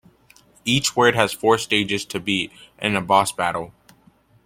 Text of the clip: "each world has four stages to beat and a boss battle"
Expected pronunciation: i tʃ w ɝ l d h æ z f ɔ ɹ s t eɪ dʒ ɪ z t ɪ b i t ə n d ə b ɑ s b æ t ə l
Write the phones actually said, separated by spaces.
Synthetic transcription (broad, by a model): i tʃ w ɝ d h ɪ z f ɔ ɹ s t eɪ dʒ ɪ z t ɪ b i t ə n ə b ɑ s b æ t l